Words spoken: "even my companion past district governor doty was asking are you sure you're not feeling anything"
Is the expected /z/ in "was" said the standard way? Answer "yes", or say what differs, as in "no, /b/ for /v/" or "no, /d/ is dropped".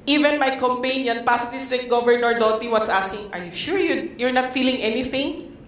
no, /s/ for /z/